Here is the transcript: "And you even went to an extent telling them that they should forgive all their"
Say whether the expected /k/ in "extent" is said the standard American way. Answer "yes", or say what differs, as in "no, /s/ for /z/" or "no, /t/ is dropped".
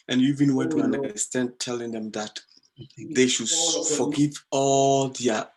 no, /k/ is dropped